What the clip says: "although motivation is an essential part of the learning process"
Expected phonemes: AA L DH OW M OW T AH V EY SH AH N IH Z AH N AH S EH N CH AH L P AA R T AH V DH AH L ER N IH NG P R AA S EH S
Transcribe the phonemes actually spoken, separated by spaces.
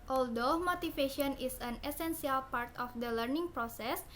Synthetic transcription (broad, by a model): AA L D OW M OW T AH F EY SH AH N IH S AH N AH S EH N S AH L P AA R T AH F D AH L ER N IH NG P R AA S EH S